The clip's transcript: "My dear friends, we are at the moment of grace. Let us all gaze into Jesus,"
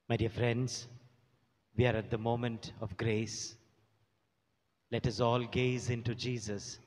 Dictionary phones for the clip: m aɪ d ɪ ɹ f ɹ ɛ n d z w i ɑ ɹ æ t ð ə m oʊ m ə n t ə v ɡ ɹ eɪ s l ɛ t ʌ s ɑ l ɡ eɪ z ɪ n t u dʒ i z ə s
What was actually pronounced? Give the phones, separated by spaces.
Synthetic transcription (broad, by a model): m aɪ d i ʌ f ɹ ɛ n d z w i ɑ ɹ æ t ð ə m oʊ m ə n t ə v ɡ ɹ eɪ s l ɛ t ʌ s ɑ l ɡ eɪ z ɪ n t u dʒ i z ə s